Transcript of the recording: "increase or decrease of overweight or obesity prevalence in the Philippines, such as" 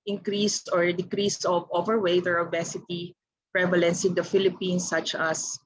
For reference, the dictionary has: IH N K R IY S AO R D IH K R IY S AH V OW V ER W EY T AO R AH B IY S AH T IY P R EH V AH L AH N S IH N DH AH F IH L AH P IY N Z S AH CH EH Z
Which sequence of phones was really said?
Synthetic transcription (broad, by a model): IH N K R IY S AO R D IH K R IY S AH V OW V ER W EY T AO R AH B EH S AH T IY P R EH V AH L AH N S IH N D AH F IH L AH P IY N S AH CH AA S